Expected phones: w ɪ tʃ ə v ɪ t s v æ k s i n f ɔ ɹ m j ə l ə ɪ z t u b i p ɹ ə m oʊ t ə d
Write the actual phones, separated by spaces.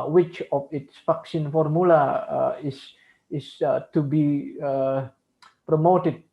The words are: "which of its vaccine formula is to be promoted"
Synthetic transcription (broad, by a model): w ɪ tʃ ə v ɪ t s f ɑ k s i n f ɔ ɹ m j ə l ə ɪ s t u b i p ɹ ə m oʊ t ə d